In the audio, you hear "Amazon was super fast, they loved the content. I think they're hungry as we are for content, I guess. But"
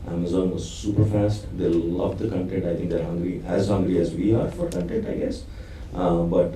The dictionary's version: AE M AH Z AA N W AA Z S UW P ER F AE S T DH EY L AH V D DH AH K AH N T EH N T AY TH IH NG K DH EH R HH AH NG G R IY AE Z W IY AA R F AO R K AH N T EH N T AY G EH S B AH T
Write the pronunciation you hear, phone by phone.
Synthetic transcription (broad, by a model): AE M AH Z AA N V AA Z S UW P ER F AE S T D EY L AH V D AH K AH N T EH N T AY T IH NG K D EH R HH AH NG G R IY AE Z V IY AA R F AO R K AH N T EH N T AY G EH S B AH T